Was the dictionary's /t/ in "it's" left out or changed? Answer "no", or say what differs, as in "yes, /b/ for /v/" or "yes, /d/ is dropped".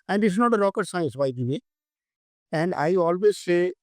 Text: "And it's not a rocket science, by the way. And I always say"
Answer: yes, /s/ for /t/